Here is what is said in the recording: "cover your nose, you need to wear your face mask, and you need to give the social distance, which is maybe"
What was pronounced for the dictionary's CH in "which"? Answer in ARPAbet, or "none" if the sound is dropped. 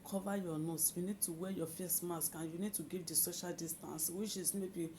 SH